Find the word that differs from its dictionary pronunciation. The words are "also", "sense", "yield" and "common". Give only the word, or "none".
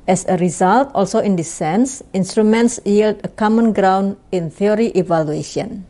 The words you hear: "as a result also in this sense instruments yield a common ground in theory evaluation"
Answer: none